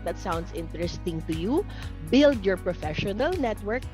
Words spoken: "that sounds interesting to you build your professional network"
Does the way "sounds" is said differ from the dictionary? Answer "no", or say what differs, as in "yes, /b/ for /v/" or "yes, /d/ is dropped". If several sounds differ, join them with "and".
yes, /s/ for /z/